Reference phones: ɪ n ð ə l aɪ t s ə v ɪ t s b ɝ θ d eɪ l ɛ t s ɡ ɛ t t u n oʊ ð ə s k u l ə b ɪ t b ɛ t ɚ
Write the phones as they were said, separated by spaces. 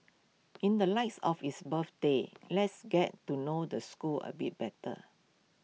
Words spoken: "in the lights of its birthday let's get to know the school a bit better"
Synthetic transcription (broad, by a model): ɪ n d ə l aɪ t s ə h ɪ s b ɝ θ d eɪ l ɛ t s ɡ ɛ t t u n oʊ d ə s k u l ə b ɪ t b ɛ t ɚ